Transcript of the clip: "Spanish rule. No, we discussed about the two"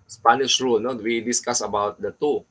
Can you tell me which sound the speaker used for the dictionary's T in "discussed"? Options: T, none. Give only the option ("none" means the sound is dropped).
none